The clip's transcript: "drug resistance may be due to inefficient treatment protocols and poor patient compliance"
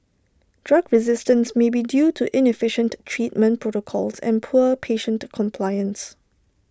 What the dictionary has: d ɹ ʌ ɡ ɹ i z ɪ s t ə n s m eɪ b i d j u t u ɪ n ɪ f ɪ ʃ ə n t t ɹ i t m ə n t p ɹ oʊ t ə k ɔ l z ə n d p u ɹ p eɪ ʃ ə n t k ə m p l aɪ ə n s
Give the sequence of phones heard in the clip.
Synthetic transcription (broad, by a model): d ɹ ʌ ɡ ɹ i z ɪ s t ə n s m eɪ b i d j u t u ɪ n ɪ f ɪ ʃ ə n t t ɹ i t m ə n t p ɹ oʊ t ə k ɔ l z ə n p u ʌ p eɪ ʃ ə n t k ə m p l aɪ ə n s